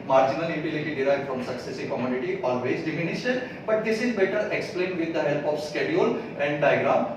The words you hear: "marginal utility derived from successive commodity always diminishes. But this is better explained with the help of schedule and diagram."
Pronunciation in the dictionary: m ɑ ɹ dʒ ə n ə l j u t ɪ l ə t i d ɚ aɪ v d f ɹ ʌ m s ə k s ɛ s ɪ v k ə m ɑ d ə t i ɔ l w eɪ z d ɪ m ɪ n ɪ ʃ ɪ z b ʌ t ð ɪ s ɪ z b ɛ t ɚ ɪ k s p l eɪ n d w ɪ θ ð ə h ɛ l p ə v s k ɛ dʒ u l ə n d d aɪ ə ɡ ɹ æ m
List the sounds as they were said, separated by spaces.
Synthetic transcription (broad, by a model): m ɑ ɹ dʒ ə n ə l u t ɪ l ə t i d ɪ aɪ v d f ɹ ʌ m s ə k s ɛ s ɪ v k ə m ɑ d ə t i ɔ l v eɪ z d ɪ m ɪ n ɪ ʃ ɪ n b ʌ t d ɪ s ɪ z b ɛ t ɚ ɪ k s p l eɪ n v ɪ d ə h ɛ l p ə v s k ɛ dʒ u l ə n d d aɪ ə ɡ ɹ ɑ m